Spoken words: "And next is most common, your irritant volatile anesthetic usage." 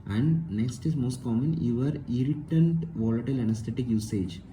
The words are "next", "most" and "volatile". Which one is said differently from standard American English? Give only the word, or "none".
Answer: none